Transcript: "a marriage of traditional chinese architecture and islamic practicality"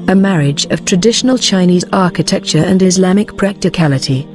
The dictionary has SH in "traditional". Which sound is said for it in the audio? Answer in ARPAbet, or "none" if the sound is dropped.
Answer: SH